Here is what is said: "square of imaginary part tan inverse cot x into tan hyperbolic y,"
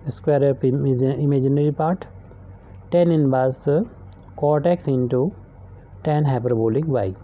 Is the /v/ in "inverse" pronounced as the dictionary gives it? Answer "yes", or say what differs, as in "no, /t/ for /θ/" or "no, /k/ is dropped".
no, /b/ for /v/